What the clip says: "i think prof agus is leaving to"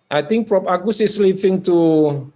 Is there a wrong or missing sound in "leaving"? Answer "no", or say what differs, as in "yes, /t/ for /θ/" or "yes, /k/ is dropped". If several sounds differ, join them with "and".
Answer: yes, /p/ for /v/